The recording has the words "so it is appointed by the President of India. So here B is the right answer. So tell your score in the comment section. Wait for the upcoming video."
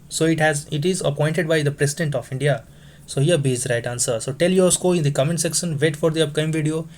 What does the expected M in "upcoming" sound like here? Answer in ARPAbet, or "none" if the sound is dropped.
none